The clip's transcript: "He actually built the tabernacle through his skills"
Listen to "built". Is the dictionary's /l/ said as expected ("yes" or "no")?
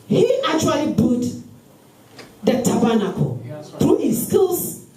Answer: no